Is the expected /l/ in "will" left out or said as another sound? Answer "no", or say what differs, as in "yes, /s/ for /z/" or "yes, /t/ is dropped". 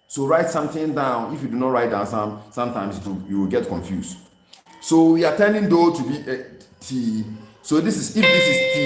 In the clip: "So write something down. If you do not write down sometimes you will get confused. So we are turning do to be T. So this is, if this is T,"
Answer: yes, /w/ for /l/